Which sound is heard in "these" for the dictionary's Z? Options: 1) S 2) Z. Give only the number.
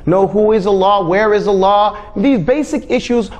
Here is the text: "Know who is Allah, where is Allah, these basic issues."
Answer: 2